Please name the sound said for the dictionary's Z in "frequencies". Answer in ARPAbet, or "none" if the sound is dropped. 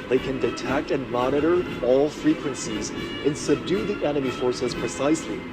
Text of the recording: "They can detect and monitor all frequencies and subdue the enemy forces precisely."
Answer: Z